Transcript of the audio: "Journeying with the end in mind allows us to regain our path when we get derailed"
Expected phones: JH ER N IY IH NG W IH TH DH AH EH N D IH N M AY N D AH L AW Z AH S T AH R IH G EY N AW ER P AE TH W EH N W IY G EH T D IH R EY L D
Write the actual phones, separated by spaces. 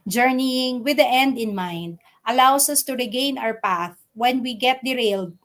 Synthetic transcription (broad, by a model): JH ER N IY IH NG W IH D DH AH EH N D IH N M AY N D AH L AW S AH S T AH R IH G EY N AW ER P AE TH W EH N W IY G EH T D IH R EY L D